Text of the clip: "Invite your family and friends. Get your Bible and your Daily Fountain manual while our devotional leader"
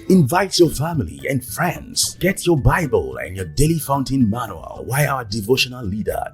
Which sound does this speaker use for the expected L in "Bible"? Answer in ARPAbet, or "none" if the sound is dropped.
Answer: L